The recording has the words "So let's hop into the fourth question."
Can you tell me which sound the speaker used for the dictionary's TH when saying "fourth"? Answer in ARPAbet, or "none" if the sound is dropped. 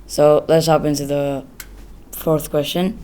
TH